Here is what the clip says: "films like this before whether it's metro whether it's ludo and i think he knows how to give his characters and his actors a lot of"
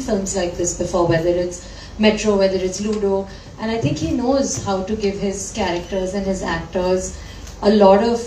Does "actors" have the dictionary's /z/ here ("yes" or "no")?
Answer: yes